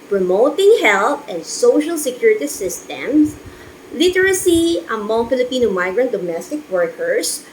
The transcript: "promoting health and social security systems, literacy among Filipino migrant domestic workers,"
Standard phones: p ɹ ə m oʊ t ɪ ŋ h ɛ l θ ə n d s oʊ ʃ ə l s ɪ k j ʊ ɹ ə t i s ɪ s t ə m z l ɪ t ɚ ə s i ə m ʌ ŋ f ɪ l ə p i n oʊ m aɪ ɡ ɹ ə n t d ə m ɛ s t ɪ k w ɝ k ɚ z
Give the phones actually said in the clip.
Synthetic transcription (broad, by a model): p ɹ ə m oʊ t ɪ ŋ h ɛ l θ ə n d s oʊ ʃ ə l s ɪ k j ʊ ɹ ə t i s ɪ s t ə m s l ɪ t ɚ ə s i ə m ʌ ŋ f ɪ l ə p i n oʊ m aɪ ɡ ɹ ə n t d ə m ɛ s t ɪ k w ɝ k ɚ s